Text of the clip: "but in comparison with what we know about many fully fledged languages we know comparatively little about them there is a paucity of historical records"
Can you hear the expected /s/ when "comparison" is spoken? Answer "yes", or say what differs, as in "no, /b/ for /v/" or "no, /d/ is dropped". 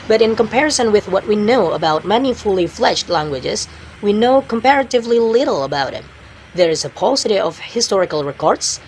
yes